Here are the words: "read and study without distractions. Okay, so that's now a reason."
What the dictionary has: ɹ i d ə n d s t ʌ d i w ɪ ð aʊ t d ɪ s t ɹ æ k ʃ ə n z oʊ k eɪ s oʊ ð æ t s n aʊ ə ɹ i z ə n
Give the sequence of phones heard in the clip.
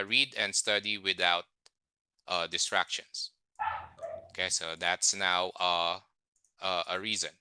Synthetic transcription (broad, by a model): ɹ i d ə n d s t ʌ d i w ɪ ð aʊ t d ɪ s t ɹ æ k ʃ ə n s oʊ k eɪ s oʊ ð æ t s n aʊ ə ɹ i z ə n